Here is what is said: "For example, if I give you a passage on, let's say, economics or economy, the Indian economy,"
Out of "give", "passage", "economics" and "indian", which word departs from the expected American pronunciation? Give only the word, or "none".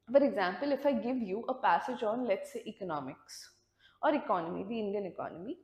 none